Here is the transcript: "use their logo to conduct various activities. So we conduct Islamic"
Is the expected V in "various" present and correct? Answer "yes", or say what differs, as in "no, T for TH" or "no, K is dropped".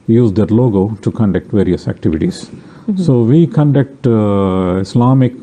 yes